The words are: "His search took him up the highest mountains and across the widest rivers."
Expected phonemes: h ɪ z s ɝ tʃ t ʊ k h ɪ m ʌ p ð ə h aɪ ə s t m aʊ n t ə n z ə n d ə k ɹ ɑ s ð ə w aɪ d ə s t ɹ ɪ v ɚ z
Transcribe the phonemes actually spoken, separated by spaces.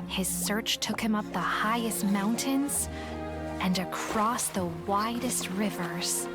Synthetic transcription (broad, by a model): h ɪ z s ɝ tʃ t ʊ k h ɪ m ʌ p ð ə h aɪ ə s t m aʊ n t ə n z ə n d ə k ɹ ɑ s ð ə w aɪ d ə s t ɹ ɪ v ɚ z